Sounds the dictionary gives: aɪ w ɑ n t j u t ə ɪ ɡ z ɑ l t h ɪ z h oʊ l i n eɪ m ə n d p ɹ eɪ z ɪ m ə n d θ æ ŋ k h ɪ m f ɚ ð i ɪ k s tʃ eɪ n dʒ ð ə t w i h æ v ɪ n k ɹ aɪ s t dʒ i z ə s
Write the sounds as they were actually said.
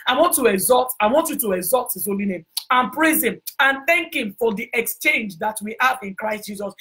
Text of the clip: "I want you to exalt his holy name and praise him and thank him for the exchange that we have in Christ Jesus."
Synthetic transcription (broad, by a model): aɪ w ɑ n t j u t ə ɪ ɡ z ɑ l t h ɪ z h oʊ l i n eɪ m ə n p ɹ eɪ z ɪ m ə n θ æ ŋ k h ɪ m f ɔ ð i ɪ k s tʃ eɪ n dʒ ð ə t w i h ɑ v ɪ n k ɹ aɪ s t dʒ i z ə s